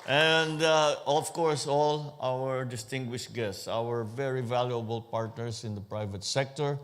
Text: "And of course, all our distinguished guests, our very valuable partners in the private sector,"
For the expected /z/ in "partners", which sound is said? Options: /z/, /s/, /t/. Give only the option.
/s/